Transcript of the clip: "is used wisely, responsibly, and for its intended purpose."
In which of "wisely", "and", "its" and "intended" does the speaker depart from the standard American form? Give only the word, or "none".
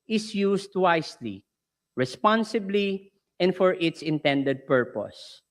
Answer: wisely